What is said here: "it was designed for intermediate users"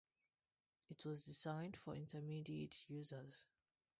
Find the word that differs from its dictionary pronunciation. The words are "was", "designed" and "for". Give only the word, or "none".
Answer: none